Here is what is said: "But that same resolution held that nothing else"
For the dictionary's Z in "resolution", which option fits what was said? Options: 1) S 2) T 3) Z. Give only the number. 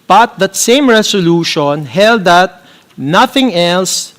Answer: 1